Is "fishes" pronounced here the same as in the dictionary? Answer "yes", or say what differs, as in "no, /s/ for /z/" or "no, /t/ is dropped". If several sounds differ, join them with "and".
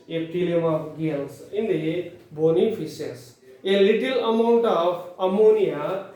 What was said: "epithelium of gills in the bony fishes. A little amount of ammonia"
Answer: no, /s/ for /z/